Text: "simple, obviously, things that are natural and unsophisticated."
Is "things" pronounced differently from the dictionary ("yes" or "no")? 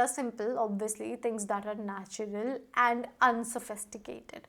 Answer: yes